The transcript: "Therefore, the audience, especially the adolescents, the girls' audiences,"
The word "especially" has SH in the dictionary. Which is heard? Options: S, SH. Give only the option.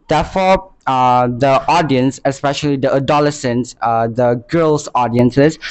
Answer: SH